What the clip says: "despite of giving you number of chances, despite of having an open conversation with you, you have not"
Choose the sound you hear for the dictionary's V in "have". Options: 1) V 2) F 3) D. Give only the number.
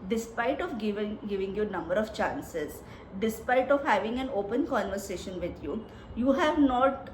1